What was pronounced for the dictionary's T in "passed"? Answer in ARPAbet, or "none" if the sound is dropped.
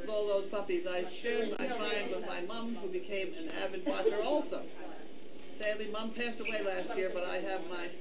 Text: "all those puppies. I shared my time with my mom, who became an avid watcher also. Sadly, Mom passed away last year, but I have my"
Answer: T